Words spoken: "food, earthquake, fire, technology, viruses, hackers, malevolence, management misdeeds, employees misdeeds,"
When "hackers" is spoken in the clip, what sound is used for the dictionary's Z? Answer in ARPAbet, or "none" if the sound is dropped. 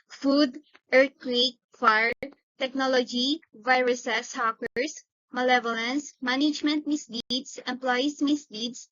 S